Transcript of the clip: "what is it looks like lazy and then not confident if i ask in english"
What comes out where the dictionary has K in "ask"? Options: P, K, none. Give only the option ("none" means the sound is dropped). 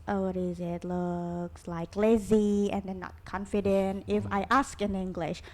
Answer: K